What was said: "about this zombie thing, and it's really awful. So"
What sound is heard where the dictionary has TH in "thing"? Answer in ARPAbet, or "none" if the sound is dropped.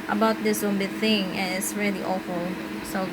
TH